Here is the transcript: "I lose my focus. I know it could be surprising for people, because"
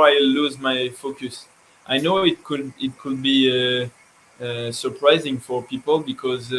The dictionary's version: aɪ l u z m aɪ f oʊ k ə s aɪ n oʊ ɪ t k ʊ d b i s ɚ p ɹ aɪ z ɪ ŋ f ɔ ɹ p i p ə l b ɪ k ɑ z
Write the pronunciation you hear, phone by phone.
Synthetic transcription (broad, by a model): aɪ l u z m aɪ f oʊ k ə s aɪ n oʊ ɪ t k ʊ d b i s ɚ p ɹ aɪ z ɪ ŋ f ɔ ɹ p i p ə l b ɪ k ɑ z